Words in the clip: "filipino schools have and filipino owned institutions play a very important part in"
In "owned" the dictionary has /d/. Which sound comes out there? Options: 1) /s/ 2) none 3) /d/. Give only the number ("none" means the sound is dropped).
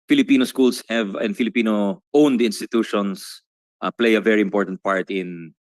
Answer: 3